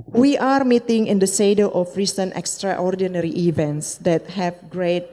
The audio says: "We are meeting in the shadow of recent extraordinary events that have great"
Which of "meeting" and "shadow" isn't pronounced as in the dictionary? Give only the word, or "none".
shadow